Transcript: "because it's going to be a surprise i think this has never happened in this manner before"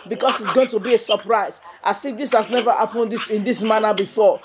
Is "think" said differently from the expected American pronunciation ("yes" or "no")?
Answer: yes